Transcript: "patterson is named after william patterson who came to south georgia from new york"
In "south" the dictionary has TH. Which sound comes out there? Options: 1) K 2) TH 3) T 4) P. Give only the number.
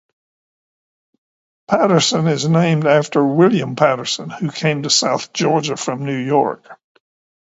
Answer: 2